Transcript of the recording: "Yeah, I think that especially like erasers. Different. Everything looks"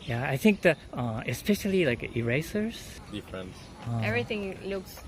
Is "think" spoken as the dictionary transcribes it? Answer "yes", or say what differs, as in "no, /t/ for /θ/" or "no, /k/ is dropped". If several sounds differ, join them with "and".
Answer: yes